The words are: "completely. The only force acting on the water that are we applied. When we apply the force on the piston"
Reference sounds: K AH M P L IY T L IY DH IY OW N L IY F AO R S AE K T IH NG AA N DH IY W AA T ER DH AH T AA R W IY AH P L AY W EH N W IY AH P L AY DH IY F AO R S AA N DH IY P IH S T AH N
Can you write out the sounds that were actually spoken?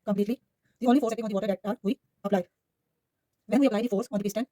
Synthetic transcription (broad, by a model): K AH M P L IY T L IY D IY OW N L IY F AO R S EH T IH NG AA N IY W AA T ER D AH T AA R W IY AH P L AY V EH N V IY AH P L AY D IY F AO R S AA N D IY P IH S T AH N